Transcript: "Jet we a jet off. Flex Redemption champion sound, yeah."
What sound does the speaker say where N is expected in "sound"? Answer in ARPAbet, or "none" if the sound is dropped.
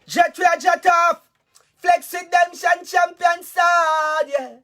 none